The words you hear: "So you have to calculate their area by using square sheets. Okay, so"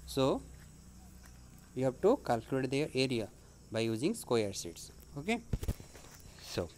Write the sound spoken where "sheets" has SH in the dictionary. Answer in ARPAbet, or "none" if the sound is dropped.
S